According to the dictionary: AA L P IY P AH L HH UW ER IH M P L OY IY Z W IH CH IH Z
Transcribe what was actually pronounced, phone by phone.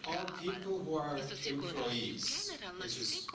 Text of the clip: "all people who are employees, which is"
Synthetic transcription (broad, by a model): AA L P IY P AH L HH UW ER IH P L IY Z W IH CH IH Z